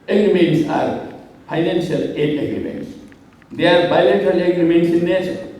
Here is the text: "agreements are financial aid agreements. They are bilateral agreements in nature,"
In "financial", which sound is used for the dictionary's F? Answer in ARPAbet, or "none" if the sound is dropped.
P